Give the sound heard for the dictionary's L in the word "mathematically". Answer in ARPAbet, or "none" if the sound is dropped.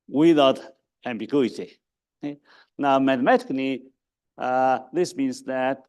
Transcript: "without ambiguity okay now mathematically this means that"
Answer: N